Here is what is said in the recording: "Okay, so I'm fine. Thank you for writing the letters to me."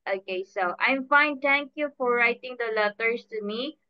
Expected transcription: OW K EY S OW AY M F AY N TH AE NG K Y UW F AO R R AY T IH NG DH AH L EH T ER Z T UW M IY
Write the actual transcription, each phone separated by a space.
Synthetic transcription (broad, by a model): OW K EY S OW AY M F AY N T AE NG K Y UW F AO R R AY T IH NG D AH L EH T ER S T UW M IY